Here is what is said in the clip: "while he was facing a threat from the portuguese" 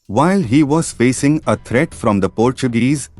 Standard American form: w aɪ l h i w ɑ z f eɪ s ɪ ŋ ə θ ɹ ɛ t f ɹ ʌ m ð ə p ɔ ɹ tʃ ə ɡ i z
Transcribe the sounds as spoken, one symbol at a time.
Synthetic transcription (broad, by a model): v aɪ l h i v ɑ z f eɪ s ɪ ŋ ə t ɹ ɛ t f ɹ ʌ m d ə p ɔ ɹ tʃ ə ɡ i z